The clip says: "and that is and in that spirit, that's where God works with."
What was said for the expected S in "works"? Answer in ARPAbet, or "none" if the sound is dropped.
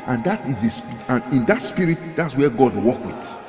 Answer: none